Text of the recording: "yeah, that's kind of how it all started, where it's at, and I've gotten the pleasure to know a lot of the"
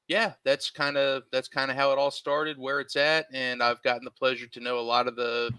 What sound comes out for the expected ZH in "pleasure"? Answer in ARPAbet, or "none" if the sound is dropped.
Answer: ZH